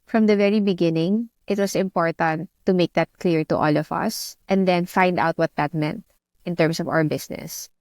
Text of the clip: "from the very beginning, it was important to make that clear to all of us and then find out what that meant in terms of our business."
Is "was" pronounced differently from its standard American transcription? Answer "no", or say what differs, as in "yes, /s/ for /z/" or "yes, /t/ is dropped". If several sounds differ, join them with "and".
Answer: yes, /s/ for /z/